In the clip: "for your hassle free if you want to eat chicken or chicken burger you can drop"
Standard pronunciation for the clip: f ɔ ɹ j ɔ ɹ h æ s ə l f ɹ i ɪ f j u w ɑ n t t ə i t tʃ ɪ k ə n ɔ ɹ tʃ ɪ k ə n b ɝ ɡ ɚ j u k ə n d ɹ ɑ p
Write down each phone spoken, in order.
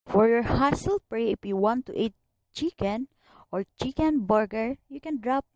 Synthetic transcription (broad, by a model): f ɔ ɹ j ɔ ɹ h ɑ s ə l p ɹ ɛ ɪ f j u w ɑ n t t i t tʃ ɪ k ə n ɔ ɹ tʃ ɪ k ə n b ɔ ɡ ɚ j u k ə n d ɹ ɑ p